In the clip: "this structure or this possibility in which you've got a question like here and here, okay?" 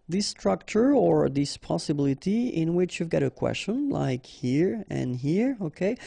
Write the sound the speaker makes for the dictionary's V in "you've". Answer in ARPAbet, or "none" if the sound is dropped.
V